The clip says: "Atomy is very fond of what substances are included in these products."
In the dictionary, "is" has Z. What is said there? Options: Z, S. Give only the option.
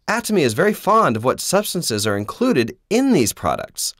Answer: Z